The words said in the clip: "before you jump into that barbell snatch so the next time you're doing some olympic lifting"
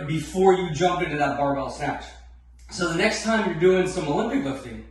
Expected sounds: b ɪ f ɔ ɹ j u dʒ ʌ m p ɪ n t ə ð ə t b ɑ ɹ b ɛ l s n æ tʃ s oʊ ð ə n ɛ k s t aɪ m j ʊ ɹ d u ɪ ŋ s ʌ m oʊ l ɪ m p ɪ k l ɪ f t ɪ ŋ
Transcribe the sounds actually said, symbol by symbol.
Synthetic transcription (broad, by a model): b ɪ f ɔ ɹ j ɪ dʒ ʌ m p ɪ n t ə ð ə t b ɑ ɹ b ɛ l s n æ tʃ s oʊ ð ə n ɛ k s t aɪ m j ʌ ɹ d u ɪ ŋ s ʌ m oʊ l ɪ m p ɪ k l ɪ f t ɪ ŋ